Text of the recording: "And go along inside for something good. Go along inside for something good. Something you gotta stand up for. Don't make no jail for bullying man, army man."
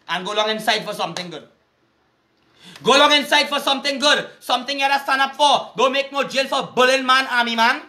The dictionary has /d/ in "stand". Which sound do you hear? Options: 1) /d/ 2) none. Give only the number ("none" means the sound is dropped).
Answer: 2